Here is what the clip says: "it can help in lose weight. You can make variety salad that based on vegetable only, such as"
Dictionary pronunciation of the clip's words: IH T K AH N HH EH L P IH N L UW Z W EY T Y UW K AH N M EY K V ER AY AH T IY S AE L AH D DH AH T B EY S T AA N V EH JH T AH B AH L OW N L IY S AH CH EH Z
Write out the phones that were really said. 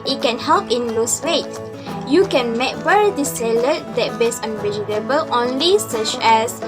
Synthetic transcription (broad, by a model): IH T K AH N HH EH L P IH N L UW S W EY T Y UW K AH N M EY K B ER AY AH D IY S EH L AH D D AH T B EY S AA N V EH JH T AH B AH L OW N L IY S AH CH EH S